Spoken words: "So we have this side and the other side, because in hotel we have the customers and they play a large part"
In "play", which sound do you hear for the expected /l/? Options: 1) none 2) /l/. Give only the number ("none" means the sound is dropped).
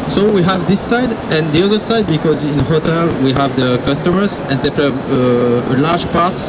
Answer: 1